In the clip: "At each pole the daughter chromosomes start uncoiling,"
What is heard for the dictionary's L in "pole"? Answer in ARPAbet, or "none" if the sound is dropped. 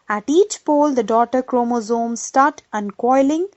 L